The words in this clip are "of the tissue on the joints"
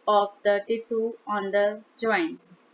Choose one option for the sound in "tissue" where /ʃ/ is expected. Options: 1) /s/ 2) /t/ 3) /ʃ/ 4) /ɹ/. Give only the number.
1